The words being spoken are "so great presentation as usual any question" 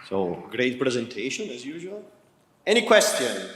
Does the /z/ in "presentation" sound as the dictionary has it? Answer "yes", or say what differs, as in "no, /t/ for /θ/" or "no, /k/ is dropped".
yes